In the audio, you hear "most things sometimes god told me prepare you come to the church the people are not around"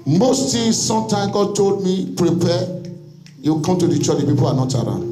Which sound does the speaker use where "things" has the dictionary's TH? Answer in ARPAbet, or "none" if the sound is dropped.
T